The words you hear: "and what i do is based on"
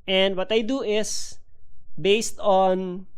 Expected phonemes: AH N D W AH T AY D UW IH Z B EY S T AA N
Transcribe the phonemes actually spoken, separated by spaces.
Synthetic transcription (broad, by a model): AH N D W AH T AY D UW IH S B EY S T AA N